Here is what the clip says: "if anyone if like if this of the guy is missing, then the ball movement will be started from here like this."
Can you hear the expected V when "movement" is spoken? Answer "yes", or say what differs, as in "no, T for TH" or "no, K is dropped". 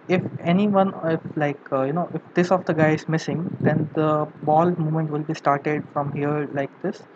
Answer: no, V is dropped